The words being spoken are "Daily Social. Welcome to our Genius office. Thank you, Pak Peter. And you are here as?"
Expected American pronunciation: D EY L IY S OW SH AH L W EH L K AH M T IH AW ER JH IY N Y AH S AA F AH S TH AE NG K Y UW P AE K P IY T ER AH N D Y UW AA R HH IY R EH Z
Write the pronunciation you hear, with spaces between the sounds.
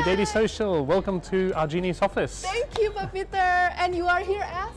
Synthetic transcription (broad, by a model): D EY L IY S OW SH AH L W EH L K AH M T IH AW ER JH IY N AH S AA F AH S T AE NG K Y UW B P IY T ER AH N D Y UW AA R HH IY R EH